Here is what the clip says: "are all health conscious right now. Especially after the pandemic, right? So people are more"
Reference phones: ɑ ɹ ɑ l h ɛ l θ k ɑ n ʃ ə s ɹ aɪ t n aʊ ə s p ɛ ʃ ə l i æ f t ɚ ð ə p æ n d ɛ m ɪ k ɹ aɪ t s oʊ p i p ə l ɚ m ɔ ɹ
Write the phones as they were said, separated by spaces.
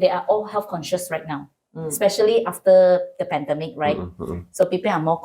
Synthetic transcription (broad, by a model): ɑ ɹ ɑ l h ɛ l f k ɑ n ʃ ə s ɹ aɪ t n aʊ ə s p ɛ ʃ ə l i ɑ f t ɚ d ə p æ n d ɛ m ɪ k ɹ aɪ t s oʊ p i p ə l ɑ m ɔ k